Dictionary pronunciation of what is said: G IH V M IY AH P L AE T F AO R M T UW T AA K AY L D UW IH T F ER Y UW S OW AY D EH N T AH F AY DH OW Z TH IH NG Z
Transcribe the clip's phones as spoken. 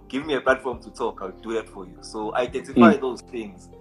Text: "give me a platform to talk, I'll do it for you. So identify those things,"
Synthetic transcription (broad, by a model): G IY V M IY AH P L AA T F AO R M T UW T AA K AY W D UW IH T F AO Y UW S OW AY D EH N T AH F AY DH OW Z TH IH NG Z